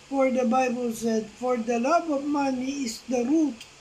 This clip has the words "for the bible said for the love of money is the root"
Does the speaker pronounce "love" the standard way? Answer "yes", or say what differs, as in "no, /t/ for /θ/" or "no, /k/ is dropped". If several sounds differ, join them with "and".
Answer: no, /b/ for /v/